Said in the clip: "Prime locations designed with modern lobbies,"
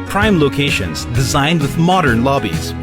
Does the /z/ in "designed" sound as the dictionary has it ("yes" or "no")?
yes